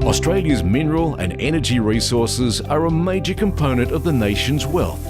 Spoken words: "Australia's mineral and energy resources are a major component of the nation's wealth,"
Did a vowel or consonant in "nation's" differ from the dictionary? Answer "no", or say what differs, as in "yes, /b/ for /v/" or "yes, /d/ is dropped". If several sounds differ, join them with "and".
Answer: no